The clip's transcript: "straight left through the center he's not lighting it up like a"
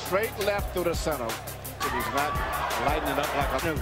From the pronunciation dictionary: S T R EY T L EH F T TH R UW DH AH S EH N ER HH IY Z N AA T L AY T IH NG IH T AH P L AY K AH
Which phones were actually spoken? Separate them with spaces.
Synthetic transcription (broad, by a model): T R EY T L EH F T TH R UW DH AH S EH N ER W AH Z N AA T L AY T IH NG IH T AH P L AY K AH